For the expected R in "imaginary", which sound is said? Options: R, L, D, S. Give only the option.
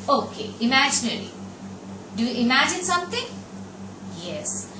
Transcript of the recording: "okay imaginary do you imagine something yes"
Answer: L